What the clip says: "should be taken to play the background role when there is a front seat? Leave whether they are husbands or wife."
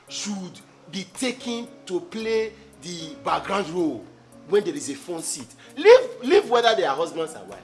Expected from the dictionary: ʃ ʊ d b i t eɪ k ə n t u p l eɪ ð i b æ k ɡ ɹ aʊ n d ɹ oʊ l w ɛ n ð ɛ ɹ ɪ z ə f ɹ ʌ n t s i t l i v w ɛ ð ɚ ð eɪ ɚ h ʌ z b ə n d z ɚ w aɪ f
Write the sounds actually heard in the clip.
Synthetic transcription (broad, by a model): ʃ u d b i t eɪ k ə n t u p l eɪ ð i b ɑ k ɡ ɹ aʊ n d ɹ oʊ l w ɛ n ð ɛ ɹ ɪ z ə f ɔ n t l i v l i v w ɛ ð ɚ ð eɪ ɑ h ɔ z b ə n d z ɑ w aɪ